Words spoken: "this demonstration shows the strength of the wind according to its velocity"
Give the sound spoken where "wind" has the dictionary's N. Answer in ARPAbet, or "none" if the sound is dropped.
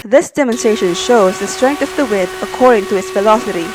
none